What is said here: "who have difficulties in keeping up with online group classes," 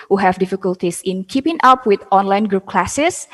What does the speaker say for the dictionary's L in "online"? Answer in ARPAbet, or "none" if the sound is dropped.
L